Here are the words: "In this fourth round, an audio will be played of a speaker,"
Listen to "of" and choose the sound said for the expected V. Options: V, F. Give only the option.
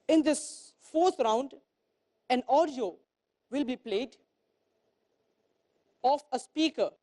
F